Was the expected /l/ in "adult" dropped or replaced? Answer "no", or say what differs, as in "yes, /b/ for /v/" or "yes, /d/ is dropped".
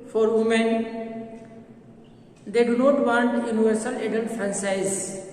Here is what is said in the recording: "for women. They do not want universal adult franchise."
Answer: yes, /n/ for /l/